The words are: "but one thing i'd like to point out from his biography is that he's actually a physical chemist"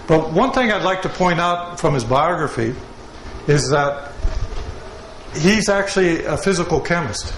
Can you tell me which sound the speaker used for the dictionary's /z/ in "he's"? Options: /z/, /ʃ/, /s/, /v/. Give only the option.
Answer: /z/